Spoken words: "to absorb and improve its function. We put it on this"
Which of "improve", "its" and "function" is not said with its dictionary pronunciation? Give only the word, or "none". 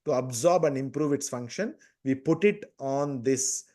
none